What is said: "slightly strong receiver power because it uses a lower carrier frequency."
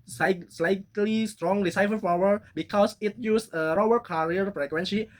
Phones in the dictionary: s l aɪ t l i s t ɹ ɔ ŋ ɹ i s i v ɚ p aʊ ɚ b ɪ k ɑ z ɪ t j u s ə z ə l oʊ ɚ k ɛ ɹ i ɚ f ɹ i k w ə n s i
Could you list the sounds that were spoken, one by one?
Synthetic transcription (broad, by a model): s l aɪ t l i s t ɹ ɔ ŋ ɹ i s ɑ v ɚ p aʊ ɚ b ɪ k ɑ s ɪ t j u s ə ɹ ə w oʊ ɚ k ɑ ɹ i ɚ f ɹ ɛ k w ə n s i